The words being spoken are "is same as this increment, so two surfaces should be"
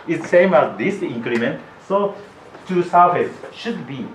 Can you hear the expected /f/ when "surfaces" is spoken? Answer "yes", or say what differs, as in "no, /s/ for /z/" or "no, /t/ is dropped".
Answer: no, /f/ is dropped